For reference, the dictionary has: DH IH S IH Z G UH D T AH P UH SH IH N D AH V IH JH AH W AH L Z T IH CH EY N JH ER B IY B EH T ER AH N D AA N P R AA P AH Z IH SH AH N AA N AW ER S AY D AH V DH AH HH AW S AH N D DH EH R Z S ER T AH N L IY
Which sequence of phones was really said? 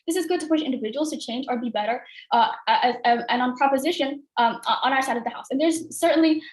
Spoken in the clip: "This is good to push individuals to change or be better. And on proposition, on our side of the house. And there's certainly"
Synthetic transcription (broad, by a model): DH IH S IH Z G UH D T AH P UH SH IH N D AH V IH JH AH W L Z T IH CH EY N JH ER B IY B EH T ER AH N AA N P R AA P AH Z IH SH AH N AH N AW ER S AY D AH V DH AH HH AW S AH N DH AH R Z S ER T N L IY